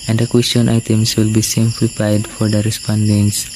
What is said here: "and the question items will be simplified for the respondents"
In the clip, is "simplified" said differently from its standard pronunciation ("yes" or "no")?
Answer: yes